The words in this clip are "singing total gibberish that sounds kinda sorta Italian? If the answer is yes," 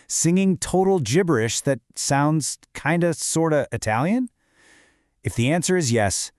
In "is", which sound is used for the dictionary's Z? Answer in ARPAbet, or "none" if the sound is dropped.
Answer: Z